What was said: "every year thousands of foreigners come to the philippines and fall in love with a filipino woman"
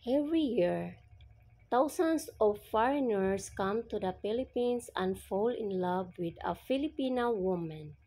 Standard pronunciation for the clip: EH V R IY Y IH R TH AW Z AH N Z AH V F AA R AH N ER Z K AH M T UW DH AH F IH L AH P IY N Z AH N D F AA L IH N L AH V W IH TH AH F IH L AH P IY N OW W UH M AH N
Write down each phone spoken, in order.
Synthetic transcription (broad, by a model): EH V R IY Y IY R T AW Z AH N S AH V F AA R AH N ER S K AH M T UW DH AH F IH L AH P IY N S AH N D F AA L IH N L AH V W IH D AH F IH L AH P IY N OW W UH M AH N